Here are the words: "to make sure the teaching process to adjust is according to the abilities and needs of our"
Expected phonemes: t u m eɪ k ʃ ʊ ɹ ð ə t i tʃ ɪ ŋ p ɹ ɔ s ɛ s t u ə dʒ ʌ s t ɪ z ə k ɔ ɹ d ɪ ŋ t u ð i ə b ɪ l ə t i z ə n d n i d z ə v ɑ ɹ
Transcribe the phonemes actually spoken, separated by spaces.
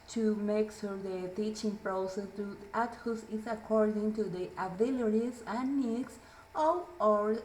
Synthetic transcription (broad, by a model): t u m eɪ k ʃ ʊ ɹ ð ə t i tʃ ɪ ŋ p ɹ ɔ s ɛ t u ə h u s ɪ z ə k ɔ ɹ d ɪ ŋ t u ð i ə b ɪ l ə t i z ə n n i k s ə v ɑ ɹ